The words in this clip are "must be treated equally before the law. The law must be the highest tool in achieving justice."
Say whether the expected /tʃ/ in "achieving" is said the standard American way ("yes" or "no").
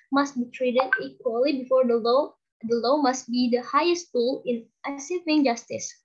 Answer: no